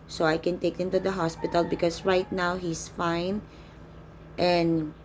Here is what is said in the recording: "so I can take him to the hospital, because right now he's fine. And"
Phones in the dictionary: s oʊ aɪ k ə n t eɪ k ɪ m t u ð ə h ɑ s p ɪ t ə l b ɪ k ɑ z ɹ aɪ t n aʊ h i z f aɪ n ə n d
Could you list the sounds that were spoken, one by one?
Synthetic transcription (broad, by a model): s oʊ aɪ k ə n t eɪ k ɪ m t u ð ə h ɑ s p ɪ t ə l b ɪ k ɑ s ɹ aɪ t n aʊ h i s f aɪ n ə n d